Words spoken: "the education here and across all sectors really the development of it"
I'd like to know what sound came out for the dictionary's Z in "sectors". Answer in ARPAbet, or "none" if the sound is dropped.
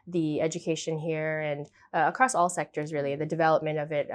Z